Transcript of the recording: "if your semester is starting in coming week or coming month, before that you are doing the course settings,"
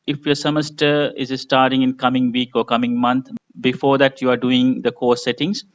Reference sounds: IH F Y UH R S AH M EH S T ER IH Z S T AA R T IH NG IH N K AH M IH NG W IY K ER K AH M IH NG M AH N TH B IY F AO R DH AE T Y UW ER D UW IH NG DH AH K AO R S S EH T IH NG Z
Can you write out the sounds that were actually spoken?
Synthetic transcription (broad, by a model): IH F Y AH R S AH M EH S T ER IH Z S T AA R T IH NG IH N K AH M IH NG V IY K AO K AH M IH NG M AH N T B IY F AO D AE T Y UW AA D UW IH NG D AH K AO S S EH T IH NG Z